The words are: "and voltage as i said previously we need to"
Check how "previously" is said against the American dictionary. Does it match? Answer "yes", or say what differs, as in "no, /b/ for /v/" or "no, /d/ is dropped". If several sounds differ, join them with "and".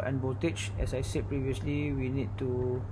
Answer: yes